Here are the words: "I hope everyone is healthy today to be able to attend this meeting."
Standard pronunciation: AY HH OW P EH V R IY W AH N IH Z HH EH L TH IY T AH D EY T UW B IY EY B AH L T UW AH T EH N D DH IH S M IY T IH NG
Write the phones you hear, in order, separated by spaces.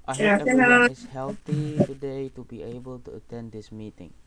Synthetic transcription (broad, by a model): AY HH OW EH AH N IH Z HH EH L T IY T AH D EY T UW B IY EY B AH L T UW AH T EH N D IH S M IY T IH NG